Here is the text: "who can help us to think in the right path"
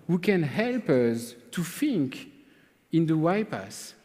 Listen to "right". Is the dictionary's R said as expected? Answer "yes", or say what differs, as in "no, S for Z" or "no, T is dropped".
no, W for R